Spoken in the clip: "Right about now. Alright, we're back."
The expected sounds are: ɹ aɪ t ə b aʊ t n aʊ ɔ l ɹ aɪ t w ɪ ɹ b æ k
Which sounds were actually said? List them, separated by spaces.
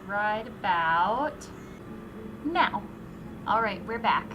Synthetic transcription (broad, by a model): ɹ aɪ t ə b aʊ t n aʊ ɔ l ɹ aɪ t w ɪ ɹ b æ k